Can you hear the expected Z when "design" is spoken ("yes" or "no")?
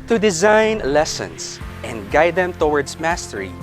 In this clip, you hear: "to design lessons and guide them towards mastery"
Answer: yes